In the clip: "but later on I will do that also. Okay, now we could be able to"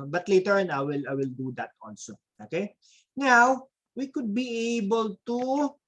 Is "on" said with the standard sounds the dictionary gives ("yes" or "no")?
no